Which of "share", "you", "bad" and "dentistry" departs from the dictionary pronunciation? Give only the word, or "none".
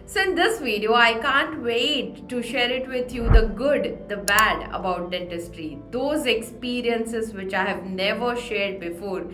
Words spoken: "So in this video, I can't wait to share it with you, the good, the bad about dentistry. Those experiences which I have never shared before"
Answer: none